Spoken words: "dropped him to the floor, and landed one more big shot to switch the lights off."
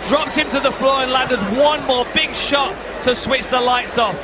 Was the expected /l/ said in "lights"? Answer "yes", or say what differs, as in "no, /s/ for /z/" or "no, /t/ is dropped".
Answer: yes